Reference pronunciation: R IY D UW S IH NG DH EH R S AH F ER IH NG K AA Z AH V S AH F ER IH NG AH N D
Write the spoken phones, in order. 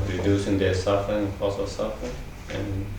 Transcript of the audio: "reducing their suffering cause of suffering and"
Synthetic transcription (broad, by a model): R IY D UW S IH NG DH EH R S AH F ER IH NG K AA S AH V S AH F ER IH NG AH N